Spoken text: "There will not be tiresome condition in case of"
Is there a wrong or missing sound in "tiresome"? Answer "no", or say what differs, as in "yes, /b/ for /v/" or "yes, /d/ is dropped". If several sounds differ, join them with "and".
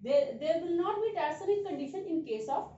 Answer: yes, /s/ is dropped